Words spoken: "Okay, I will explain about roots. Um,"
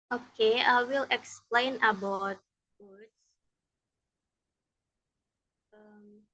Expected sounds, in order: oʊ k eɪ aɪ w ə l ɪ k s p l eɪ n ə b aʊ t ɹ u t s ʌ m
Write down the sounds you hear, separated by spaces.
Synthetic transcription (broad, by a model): oʊ k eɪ aɪ w ə l ɪ k s p l eɪ n ə b aʊ t w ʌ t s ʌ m